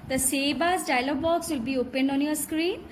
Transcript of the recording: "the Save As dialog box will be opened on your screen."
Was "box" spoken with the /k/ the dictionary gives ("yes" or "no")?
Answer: yes